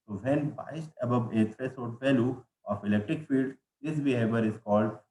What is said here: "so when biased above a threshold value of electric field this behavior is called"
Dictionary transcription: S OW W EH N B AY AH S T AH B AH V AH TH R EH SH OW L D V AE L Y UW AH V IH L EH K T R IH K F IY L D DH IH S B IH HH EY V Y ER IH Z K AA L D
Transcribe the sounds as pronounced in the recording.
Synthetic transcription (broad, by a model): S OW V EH N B AY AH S T AH B AH V AH T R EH S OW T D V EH L Y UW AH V IH L EH K T R IH K F IY L D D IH S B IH HH EY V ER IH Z K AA L D